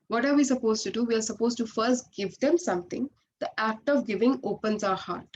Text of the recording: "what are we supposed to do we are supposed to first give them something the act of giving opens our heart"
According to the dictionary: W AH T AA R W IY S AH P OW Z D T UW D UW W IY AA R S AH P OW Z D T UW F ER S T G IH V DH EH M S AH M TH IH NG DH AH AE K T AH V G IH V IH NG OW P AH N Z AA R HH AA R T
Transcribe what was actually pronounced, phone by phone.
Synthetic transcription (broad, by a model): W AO T AA R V IY S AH P OW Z T UW D UW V IY AA R S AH P OW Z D T UW F ER S T G IH V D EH M S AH M T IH NG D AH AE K T AH V G IH V IH NG OW P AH N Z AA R HH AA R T